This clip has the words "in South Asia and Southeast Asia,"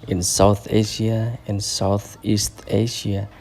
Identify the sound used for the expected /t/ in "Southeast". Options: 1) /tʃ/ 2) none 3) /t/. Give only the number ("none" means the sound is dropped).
3